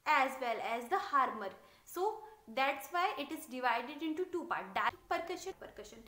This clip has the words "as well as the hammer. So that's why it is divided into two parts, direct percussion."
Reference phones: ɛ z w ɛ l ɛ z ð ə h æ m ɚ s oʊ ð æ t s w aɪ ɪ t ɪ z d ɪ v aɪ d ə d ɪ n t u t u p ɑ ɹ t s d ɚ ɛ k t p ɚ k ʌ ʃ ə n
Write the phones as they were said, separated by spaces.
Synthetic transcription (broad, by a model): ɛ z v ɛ l ɛ z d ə h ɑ m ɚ s oʊ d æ t s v aɪ ɪ t ɪ z d ɪ v aɪ d ə d ɪ n t u t u p ɑ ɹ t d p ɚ k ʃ p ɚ k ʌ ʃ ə n